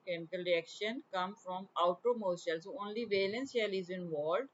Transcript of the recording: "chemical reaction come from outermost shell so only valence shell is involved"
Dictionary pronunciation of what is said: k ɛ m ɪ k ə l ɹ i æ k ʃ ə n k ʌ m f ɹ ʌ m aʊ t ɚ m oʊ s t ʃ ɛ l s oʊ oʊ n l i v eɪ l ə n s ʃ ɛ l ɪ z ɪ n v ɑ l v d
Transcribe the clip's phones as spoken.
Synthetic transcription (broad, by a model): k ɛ m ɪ k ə l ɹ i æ k ʃ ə n k ʌ m f ɹ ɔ m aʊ t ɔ m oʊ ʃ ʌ l s oʊ oʊ n l i v eɪ l ə n s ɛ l ɪ z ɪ n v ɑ l d